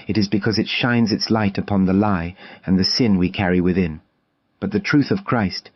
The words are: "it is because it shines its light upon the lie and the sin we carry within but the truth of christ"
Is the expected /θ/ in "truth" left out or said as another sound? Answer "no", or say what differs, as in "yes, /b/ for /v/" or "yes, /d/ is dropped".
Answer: no